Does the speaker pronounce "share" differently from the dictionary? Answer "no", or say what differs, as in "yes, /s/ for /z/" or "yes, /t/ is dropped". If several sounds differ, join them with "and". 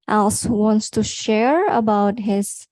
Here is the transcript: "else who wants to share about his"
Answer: no